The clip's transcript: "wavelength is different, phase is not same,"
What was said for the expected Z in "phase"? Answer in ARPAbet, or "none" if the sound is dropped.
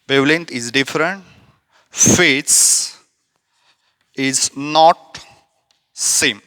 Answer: S